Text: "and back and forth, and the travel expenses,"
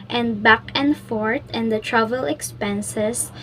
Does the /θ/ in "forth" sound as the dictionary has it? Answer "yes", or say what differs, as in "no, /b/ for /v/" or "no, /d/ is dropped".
no, /t/ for /θ/